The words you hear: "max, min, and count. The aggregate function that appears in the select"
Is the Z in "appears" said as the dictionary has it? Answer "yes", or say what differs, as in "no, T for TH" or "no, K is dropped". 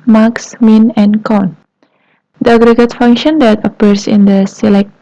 no, S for Z